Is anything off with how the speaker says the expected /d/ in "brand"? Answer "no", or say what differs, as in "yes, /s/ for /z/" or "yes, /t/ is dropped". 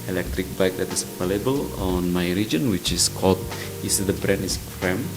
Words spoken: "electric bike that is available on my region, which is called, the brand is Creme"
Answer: yes, /d/ is dropped